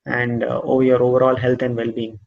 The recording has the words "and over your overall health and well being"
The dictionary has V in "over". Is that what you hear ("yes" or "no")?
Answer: yes